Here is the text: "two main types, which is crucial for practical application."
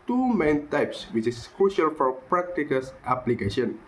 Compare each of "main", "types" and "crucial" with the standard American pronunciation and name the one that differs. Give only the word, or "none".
none